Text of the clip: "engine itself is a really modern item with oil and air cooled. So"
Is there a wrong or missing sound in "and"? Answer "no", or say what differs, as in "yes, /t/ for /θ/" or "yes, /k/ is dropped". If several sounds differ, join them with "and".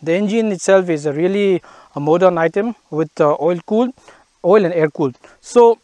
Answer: yes, /l/ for /n/